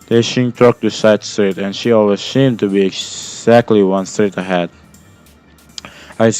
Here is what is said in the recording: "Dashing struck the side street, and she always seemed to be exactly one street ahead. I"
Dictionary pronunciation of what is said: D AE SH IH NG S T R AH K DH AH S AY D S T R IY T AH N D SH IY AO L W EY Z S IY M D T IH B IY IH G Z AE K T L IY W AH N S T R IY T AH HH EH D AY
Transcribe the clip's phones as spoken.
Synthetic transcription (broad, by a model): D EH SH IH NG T AO K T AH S AY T S T R IY T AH N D SH IY AO L W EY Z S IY M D T IH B IY IH G Z AE K T L IY W AH N S T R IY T AH HH EH D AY